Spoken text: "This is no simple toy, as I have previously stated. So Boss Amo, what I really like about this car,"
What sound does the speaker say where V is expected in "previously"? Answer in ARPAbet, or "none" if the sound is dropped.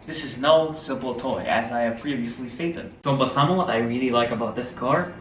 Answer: none